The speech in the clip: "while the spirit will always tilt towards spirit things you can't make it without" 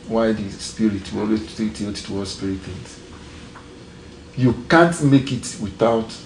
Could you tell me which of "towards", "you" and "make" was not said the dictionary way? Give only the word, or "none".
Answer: towards